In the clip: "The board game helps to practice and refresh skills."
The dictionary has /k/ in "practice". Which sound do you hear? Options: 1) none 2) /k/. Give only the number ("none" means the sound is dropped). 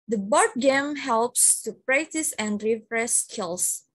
2